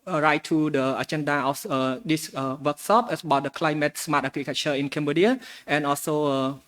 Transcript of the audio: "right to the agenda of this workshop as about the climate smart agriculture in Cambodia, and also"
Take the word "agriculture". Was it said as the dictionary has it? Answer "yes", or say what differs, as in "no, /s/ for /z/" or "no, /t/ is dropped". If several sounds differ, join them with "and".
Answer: no, /l/ is dropped